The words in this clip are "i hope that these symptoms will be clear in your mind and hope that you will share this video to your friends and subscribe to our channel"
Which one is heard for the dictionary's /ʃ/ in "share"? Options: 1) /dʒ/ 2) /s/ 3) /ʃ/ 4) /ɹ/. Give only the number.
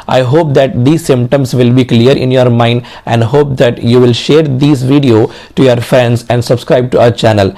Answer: 3